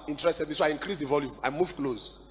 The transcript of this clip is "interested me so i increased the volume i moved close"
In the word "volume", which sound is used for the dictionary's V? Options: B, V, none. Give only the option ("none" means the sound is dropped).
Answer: V